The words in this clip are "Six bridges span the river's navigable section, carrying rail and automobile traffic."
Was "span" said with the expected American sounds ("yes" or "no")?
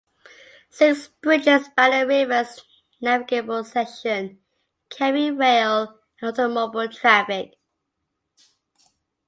no